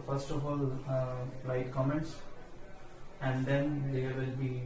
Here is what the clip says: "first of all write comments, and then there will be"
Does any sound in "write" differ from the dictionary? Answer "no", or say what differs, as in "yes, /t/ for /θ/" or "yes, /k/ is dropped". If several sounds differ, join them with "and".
yes, /l/ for /ɹ/